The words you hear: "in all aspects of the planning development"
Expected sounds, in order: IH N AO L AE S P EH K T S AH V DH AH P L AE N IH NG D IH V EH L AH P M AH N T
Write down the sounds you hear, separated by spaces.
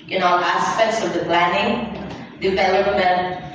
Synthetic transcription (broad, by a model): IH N AO N AE S P EH K T S AH V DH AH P L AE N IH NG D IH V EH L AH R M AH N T